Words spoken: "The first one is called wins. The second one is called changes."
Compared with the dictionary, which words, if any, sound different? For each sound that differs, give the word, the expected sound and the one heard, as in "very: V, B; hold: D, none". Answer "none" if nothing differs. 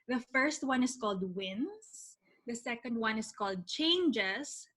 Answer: is: Z, S; wins: Z, S; is: Z, S